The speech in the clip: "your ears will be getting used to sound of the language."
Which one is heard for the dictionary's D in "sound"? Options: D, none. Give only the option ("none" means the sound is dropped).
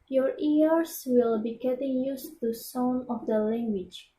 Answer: none